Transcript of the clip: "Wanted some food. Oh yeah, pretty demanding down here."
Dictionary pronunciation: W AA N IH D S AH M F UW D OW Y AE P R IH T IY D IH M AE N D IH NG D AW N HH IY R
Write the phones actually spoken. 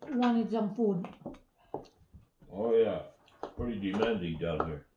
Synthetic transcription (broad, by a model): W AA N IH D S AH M P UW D OW Y AE P R IH T IY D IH M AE N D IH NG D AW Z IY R